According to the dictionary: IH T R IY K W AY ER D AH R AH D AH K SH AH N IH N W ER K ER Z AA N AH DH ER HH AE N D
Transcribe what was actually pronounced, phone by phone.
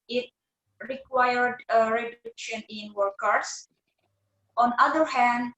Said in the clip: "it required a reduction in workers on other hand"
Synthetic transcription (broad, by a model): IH T R IY K W AY ER D AH R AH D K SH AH N IH N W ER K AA S AA N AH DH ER HH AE N D